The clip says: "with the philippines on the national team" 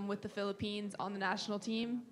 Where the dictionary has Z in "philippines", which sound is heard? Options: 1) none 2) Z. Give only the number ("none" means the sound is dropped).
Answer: 2